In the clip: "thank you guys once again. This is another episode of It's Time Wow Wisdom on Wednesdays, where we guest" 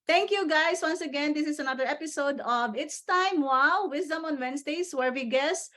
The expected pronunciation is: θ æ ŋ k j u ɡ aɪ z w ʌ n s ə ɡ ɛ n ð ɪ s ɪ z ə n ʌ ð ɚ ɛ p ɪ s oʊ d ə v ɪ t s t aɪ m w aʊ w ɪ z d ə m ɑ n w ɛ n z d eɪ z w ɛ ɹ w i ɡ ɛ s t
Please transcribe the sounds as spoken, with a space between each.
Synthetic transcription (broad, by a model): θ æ ŋ k j u ɡ aɪ s w ʌ n s ə ɡ ɛ n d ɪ s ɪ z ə n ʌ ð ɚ ɛ p ɪ s oʊ d ə v ɪ t s t aɪ m w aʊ w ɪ s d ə m ɑ n w ɛ n s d eɪ s w ɛ ɹ w i ɡ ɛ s